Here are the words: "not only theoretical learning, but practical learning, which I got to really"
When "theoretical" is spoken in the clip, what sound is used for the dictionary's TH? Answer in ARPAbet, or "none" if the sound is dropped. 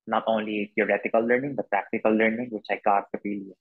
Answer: T